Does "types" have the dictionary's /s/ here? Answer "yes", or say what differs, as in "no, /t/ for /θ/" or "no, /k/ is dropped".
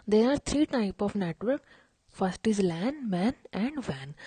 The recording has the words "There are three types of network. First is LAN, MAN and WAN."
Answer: no, /s/ is dropped